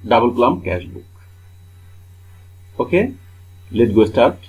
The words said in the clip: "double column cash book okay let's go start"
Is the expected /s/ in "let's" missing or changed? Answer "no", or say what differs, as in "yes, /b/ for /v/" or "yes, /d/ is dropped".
yes, /s/ is dropped